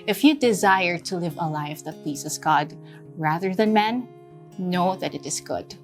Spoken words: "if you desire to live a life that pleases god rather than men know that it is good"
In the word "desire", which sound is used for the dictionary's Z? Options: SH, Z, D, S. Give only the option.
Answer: Z